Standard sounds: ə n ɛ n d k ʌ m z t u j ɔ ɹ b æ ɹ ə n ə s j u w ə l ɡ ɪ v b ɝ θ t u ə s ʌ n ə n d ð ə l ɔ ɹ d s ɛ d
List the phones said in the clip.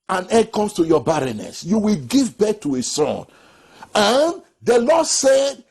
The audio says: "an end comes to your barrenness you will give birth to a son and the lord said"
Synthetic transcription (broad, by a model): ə n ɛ d k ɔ m s t u j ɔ b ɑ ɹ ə n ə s j u w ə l ɡ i v b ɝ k t u ə s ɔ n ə n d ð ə l ɔ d s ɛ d